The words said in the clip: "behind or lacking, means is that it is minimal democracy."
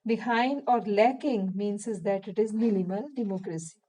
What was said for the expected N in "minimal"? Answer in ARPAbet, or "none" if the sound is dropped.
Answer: L